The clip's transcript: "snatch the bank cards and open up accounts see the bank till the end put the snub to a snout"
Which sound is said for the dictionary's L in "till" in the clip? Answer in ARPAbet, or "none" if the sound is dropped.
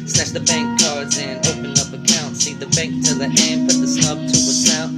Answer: N